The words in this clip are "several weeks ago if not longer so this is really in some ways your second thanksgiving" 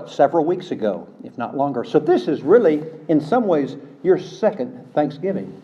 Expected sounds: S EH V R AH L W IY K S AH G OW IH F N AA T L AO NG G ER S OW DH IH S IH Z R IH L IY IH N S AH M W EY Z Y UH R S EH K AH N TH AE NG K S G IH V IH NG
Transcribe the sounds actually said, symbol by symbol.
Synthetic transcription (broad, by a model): S EH V R L W IY K S AH G OW IH F N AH T L AO NG G ER S OW DH IH S IH Z R IH L IY IH N S AH M W EY Z Y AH R S EH K AH N TH AE NG K S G IH V IH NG